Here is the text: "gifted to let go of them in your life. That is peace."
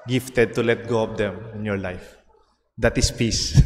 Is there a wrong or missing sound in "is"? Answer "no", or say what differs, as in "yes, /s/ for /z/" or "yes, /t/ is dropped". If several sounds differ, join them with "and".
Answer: yes, /s/ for /z/